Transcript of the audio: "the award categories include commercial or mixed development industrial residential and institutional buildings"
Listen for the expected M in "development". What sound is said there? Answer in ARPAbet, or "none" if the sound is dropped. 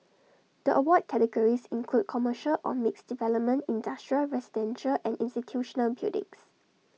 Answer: M